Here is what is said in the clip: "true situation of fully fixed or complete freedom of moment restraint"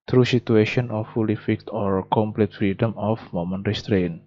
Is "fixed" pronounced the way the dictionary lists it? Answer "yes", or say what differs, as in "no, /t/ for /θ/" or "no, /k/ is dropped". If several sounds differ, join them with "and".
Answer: no, /s/ is dropped